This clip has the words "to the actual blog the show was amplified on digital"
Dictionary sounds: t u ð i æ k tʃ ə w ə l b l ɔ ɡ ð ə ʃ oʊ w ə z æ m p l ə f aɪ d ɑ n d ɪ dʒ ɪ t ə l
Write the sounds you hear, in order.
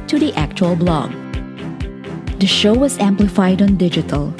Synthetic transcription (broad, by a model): t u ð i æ k tʃ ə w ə l b l ɔ ɡ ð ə ʃ oʊ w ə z æ m p l ə f aɪ d n d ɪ dʒ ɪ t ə l